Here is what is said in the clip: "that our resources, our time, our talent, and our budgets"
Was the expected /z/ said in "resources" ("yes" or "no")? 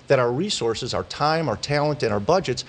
yes